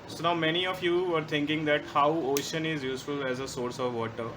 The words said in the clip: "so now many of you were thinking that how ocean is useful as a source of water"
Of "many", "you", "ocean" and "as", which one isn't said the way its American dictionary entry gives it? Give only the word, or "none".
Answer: none